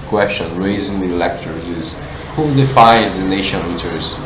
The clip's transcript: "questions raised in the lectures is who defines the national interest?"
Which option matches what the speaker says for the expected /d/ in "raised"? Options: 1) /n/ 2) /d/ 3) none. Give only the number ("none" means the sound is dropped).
3